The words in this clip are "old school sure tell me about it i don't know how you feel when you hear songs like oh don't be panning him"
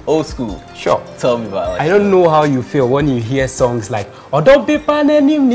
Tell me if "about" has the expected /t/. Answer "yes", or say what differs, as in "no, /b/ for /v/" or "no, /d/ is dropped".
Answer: no, /t/ is dropped